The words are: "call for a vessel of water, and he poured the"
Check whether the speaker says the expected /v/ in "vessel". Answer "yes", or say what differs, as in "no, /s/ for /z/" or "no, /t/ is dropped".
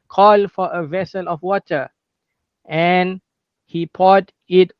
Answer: yes